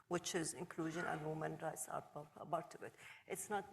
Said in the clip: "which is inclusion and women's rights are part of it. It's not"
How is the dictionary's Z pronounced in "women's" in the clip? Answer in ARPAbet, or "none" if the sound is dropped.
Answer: none